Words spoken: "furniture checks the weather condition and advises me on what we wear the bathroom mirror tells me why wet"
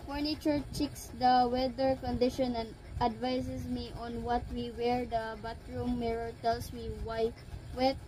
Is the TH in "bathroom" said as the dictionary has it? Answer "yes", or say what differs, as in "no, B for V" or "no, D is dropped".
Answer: no, T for TH